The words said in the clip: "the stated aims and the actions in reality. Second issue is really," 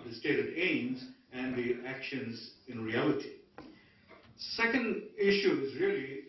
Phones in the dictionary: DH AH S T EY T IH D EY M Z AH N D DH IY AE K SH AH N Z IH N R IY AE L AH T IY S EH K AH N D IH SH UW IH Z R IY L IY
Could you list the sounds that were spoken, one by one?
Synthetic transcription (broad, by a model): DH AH S T EY T IH D EY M Z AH N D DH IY AE K SH AH N Z IH N R IY AE L AH T IY S EH K AH N D IH SH UW IH Z R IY L IY